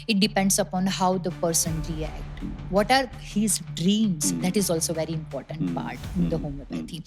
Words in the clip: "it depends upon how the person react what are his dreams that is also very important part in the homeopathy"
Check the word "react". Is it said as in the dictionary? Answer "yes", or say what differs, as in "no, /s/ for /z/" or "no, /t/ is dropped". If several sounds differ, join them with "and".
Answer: yes